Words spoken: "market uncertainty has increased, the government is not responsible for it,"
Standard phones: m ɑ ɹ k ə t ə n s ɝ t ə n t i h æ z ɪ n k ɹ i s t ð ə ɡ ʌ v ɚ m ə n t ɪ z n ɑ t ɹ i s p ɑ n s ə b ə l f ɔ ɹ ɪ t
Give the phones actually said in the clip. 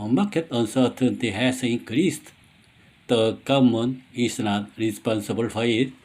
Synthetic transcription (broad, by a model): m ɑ k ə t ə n s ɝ t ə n t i h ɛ s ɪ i k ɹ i s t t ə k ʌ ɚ m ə n ɪ s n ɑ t ɹ i s p ɑ n s ə b ə l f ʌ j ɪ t